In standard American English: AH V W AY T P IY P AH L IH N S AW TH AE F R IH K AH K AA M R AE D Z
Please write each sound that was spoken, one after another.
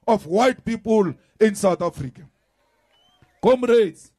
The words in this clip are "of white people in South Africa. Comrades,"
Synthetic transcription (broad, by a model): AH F W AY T P IY P AH L IH N S AW T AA F R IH K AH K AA M R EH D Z